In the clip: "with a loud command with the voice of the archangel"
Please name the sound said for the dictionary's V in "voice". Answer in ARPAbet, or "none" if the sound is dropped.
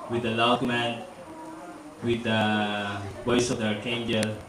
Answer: W